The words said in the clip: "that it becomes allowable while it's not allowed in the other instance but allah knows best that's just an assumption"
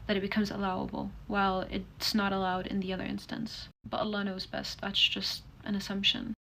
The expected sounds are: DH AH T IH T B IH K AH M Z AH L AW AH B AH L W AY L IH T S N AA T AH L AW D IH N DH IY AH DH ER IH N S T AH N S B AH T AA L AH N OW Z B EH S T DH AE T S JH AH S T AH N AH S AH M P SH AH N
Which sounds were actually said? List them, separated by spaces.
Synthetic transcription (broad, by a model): DH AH T IH T B IH K AH M Z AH L AW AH B L W AY L IH T S N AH T AH L AW D IH N DH IY AH DH ER IH N S T AH N S B AH T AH L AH N OW Z B EH S T DH AE T S JH AH S T AH N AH S AH M P SH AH N